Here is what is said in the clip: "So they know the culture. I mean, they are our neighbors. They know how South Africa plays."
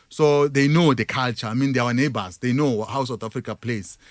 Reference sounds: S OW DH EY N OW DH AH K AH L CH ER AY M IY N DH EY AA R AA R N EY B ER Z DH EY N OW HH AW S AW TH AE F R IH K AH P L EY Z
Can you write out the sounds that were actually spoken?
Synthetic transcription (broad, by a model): S OW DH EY N OW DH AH K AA L CH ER AY M IY N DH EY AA W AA N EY B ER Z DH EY N OW HH AW S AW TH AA F R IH K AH P L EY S